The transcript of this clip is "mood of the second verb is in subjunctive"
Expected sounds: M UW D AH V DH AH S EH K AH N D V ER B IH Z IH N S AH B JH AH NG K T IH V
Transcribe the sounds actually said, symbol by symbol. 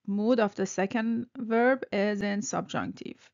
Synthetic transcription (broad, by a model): M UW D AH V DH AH S EH K AH N D V ER B IH Z IH N S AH B JH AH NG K T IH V